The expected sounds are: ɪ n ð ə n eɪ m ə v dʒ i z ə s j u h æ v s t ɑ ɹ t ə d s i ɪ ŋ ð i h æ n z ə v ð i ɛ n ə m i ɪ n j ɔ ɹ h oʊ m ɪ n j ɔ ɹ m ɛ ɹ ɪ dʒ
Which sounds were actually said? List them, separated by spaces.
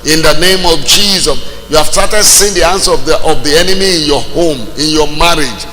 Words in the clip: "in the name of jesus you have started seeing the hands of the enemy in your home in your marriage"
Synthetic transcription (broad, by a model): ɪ n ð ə n eɪ m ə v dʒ i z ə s j u h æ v s t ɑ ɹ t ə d s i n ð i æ n s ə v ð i ɛ n ə m i ɪ n j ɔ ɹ h oʊ m ɪ n j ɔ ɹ m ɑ ɹ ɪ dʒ